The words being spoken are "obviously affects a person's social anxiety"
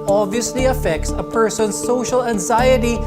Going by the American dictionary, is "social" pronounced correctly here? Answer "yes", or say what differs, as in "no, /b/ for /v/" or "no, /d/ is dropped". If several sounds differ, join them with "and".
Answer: yes